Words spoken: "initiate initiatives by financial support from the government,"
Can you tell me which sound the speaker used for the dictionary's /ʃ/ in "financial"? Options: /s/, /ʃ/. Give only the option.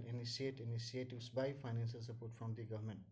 /s/